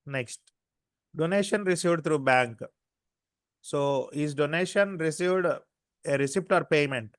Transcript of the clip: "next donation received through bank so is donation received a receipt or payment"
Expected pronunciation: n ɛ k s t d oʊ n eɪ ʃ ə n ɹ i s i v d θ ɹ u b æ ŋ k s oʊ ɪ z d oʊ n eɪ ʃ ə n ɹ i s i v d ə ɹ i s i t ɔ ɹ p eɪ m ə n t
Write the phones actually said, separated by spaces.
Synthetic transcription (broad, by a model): n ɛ k s t d oʊ n eɪ ʃ ə n ɹ i s i v d t ɹ u b æ ŋ k s oʊ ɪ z d oʊ n eɪ ʃ ə n ɹ i s i v d ə ɹ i s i t ɔ ɹ p eɪ m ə n t